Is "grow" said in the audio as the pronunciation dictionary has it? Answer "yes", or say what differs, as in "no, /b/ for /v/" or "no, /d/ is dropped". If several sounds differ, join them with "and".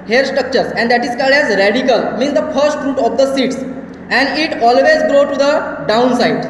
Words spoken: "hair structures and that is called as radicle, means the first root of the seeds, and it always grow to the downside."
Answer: yes